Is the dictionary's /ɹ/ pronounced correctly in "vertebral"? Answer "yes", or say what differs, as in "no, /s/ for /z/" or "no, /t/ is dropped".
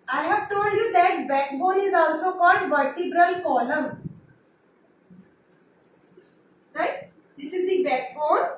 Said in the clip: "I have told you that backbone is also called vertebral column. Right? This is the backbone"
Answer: yes